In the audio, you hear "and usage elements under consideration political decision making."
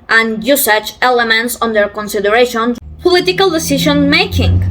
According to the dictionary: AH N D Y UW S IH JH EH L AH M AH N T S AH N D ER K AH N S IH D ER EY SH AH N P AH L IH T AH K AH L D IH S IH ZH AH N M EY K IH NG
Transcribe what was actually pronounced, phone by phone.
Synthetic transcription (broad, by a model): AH N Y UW S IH CH EH L AH M AH N T S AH N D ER K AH N S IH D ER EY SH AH N P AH L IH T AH K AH L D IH S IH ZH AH N M EY K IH NG